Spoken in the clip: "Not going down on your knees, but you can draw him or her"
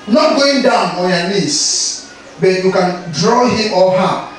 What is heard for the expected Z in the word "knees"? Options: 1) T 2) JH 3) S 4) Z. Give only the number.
3